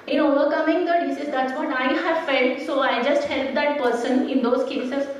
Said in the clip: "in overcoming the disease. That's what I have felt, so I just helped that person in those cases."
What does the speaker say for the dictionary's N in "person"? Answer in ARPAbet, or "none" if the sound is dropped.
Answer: N